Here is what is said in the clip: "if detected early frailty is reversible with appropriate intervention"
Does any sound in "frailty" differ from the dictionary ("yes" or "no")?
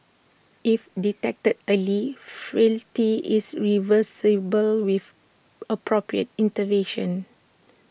yes